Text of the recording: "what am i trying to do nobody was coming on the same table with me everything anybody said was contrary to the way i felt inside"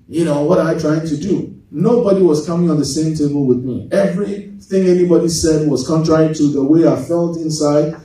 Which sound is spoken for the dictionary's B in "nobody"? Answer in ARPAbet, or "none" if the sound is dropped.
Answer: B